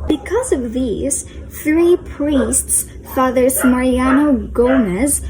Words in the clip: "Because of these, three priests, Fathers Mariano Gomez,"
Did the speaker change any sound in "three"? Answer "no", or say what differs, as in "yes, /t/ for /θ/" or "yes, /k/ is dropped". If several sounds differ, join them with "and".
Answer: no